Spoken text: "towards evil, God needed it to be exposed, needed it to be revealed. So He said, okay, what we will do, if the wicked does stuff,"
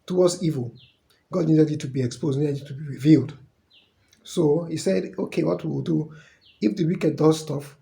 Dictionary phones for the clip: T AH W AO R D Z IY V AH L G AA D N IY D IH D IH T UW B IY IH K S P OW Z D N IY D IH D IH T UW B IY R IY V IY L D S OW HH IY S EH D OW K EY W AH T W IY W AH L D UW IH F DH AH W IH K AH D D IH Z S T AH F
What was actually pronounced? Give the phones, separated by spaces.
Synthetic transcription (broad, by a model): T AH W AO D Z IY V AH L G AA D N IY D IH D IH T UW B IY IH K S P OW Z D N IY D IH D IH T UW B IY R IY V IY L D S OW HH IY S EH D OW K EY W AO T W IY W AH L D UW IH F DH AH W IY K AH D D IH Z S T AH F